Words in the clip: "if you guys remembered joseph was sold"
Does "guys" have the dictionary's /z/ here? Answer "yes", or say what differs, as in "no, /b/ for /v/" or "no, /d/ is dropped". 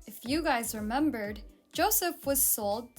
yes